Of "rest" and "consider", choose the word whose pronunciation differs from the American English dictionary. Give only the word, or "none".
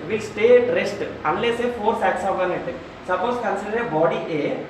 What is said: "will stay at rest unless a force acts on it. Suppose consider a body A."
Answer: none